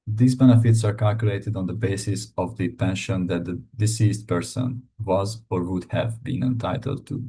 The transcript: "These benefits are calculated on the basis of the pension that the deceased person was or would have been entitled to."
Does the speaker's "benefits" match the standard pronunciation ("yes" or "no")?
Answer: yes